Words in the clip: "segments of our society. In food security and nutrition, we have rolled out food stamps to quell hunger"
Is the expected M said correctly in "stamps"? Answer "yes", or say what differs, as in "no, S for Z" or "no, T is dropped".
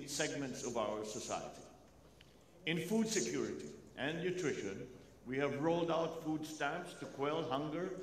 no, M is dropped